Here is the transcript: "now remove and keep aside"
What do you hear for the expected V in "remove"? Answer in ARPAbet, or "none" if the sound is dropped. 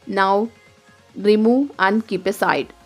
none